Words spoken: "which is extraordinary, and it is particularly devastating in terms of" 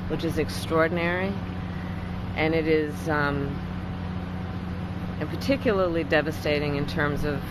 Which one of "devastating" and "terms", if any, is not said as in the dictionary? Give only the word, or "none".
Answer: none